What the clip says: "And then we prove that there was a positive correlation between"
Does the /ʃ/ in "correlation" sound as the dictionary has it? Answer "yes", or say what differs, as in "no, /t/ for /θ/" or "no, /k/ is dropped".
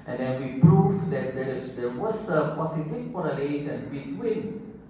no, /s/ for /ʃ/